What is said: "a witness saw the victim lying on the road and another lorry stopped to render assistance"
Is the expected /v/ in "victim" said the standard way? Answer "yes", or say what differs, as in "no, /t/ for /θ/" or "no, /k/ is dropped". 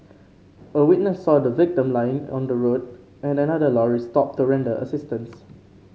yes